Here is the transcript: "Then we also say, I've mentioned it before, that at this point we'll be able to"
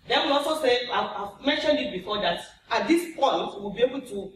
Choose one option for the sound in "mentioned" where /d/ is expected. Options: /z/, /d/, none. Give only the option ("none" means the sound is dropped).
/d/